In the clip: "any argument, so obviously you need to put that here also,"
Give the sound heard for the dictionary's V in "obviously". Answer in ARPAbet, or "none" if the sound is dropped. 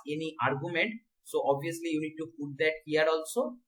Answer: none